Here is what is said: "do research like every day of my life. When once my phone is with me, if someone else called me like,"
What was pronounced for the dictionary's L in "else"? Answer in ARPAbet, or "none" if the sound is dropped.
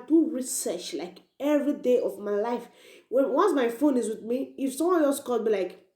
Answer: none